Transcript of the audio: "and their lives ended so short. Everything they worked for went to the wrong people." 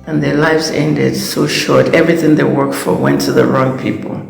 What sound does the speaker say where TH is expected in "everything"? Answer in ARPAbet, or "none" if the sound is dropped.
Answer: TH